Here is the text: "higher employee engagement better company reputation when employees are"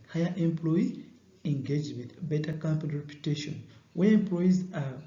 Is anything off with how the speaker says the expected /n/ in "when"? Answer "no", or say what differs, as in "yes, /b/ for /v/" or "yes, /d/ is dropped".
yes, /n/ is dropped